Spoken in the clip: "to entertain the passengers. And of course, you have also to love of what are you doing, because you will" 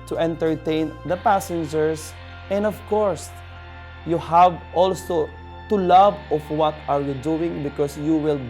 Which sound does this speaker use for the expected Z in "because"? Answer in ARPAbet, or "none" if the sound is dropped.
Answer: S